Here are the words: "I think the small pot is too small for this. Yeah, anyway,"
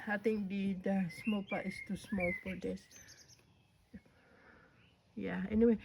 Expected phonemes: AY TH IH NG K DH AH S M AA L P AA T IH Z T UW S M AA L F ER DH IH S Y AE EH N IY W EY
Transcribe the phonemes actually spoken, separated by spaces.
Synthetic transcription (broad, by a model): AY T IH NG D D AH S M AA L P AA T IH S T UW S M AA L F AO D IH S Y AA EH N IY W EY